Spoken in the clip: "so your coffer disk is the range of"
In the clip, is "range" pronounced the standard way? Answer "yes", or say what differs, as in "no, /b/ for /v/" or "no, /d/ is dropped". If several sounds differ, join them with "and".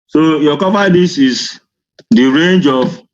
yes